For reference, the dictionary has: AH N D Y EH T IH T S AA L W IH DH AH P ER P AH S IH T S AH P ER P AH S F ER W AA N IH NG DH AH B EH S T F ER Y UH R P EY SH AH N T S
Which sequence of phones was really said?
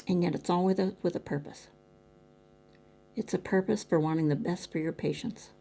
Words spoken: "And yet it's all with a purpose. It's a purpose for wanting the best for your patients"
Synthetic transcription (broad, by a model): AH N Y EH T IH T S AA L W IH DH AH P ER P AH S IH T S AH P ER P AH S F ER W AA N IH NG DH AH B EH S T F ER Y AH R P EY SH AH N T S